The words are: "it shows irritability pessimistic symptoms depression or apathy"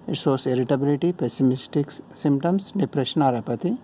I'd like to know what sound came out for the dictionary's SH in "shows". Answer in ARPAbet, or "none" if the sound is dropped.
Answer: S